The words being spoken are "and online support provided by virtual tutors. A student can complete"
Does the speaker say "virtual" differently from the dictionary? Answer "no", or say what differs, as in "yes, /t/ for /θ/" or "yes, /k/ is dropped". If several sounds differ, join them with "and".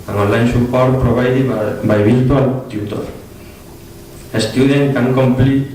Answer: yes, /b/ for /v/